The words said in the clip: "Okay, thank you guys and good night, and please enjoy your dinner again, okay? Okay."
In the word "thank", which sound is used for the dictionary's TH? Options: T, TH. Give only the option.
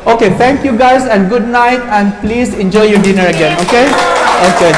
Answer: T